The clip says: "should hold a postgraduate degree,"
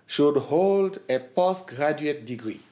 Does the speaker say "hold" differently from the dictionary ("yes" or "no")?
no